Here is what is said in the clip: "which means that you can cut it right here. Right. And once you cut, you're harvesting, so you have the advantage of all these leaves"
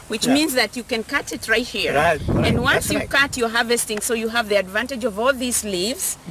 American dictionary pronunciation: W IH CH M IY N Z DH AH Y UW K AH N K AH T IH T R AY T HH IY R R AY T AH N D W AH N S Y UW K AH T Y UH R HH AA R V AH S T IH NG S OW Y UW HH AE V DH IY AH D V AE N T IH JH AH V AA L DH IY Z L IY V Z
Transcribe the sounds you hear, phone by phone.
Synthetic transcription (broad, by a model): W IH CH M IY N Z DH AH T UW K AH N K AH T IH T R AY T HH IY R R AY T AH N D W AH N S Y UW K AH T Y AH HH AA V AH S T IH NG S OW Y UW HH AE V DH IY AH D V AE N T IH JH AH V AA L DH IY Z L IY V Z